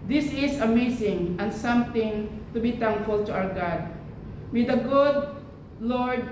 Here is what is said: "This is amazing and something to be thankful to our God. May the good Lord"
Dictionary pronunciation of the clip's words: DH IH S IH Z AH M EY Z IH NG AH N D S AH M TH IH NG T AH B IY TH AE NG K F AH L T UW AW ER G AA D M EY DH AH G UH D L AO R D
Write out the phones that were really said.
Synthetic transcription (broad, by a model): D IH S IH S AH M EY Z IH NG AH N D S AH M T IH NG T AH B IY T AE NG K F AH L T UW AW ER G AA D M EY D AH G UH D L AO R D